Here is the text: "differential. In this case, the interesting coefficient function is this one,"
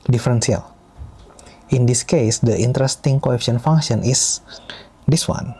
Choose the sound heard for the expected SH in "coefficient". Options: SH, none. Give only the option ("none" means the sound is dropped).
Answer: none